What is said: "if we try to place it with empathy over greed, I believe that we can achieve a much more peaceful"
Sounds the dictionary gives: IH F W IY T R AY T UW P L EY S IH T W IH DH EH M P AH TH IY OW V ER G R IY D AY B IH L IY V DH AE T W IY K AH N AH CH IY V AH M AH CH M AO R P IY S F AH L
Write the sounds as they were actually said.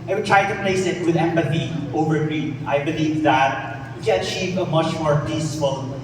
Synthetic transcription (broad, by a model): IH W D T R AY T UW P L EY S IH T W IH DH EH M P AH TH IY OW V ER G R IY AY B IH L IY V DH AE T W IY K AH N AH CH IY V AH M AH CH M AO R P IY S F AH L